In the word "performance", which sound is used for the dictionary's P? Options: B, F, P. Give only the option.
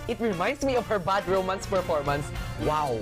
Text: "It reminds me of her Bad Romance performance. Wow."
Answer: F